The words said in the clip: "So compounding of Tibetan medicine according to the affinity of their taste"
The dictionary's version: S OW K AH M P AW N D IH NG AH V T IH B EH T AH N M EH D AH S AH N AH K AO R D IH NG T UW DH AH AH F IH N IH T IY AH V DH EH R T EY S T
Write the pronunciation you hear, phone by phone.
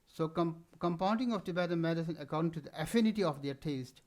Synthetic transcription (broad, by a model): S OW K AH M P AW N D IH NG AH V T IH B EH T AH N M EH D AH S AH N AH K AO R D IH NG T UW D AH AH F IH N IH T IY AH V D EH R T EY S T